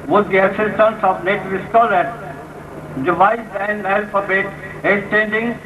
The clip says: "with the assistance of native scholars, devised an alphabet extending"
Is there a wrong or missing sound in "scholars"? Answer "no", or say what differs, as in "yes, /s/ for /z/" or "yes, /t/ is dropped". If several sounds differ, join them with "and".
yes, /z/ is dropped